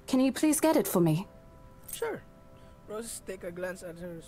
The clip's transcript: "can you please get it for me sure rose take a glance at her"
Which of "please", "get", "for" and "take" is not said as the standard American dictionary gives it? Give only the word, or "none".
none